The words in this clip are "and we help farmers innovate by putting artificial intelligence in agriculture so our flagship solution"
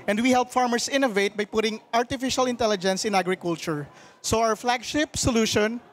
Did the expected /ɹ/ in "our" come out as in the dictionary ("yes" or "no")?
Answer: no